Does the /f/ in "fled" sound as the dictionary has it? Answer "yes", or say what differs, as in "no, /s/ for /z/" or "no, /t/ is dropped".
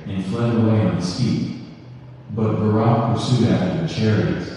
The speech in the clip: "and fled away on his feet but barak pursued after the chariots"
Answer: yes